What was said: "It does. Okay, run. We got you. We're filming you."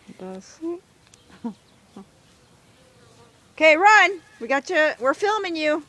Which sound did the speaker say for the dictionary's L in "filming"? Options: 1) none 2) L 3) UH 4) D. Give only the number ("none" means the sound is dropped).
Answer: 2